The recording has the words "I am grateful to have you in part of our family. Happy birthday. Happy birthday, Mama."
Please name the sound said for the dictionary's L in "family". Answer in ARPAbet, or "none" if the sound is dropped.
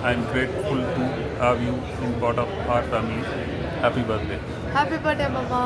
none